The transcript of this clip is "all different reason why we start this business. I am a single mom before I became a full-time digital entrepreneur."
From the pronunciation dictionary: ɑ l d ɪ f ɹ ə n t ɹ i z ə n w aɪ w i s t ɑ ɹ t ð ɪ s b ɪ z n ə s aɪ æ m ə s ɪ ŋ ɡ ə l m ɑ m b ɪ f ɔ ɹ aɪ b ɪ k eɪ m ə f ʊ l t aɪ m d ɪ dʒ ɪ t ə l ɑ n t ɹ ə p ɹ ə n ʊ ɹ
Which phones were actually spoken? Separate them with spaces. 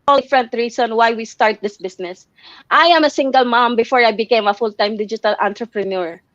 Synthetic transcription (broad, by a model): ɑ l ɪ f ɹ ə n t ɹ i s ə n w aɪ w i s t ɑ ɹ t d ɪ s b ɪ s n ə s aɪ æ m ə s ɪ ŋ ɡ ə l m ɑ m b ɪ f ɔ ɹ aɪ b ɪ k eɪ m ə f ʊ l t aɪ m d ɪ dʒ ɪ t ə l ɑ n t ɹ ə p ɹ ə n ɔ ɹ